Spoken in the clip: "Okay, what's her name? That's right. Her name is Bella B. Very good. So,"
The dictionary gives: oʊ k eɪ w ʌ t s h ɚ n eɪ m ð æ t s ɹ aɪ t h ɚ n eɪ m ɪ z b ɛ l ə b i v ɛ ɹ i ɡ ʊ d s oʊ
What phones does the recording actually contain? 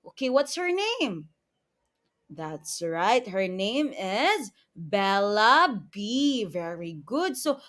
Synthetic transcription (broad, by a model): oʊ k eɪ w ʌ t s h ɚ n eɪ m ð æ t s ɹ aɪ t h ɚ n eɪ m ɪ z b ɛ l ə b i v ɛ ɹ i ɡ ʊ d s oʊ